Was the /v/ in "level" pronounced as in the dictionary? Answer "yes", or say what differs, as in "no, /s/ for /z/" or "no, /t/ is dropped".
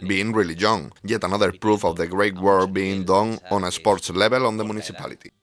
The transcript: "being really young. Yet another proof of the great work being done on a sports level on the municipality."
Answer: no, /b/ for /v/